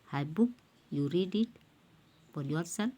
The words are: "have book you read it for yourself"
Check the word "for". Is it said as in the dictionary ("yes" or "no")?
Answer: no